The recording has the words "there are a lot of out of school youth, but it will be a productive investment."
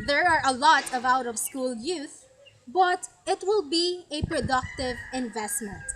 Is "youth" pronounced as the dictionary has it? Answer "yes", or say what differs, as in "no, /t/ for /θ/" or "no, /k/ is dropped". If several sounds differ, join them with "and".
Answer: yes